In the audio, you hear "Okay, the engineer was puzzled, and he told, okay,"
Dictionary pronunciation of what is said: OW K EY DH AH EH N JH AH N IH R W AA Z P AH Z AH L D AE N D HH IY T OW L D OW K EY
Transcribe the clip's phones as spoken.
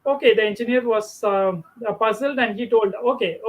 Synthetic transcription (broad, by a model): OW K EY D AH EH N JH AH N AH R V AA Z P AH Z AH L D AE N D HH IY T OW L D OW K EY